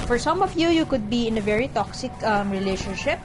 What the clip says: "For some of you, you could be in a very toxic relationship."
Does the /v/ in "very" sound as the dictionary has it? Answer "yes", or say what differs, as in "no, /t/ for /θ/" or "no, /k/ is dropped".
yes